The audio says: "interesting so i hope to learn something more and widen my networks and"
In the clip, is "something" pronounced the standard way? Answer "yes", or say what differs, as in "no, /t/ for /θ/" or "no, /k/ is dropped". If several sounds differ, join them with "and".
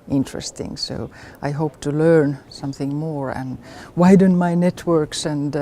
yes